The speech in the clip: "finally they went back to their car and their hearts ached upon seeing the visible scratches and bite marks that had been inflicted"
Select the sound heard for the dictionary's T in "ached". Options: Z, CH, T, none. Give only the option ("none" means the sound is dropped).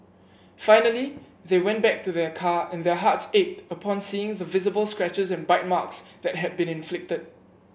T